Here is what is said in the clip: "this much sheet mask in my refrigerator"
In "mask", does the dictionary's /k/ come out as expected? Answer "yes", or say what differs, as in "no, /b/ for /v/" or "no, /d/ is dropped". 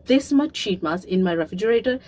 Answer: no, /k/ is dropped